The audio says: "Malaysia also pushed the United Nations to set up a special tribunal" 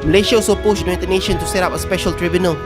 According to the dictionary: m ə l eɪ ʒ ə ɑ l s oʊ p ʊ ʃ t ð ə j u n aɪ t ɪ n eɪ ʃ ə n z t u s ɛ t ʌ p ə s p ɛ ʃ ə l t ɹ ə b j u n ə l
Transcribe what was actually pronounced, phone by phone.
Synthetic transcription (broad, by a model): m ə l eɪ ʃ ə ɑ s oʊ p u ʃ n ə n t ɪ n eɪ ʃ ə n t u s ɛ t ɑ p ə s p ɛ ʃ ə l t ɹ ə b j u n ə l